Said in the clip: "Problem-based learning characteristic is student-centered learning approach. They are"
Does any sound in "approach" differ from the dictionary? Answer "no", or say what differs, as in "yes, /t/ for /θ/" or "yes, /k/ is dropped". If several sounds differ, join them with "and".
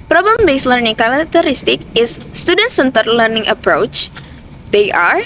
no